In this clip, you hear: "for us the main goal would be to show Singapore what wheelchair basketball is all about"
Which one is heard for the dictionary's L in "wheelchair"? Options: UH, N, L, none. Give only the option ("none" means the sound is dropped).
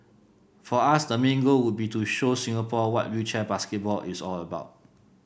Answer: none